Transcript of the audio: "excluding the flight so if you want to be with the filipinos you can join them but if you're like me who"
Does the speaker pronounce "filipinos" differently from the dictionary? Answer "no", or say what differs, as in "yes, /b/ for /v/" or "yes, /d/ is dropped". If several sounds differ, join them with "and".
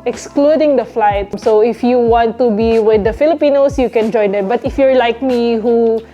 yes, /s/ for /z/